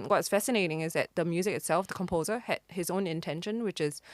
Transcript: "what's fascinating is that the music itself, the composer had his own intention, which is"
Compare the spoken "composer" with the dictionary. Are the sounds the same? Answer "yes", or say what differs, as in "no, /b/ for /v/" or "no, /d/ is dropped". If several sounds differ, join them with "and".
yes